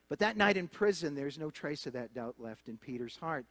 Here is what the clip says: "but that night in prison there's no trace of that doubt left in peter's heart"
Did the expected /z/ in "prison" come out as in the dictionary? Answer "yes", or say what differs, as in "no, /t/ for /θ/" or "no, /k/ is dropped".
yes